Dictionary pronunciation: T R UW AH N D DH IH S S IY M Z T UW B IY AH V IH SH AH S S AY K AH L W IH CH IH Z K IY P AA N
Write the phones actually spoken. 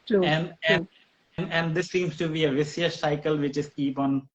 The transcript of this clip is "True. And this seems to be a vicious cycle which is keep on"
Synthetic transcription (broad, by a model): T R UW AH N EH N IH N S IY M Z T UW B IY AH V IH S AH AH S AY K AH L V IH CH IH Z K IY P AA N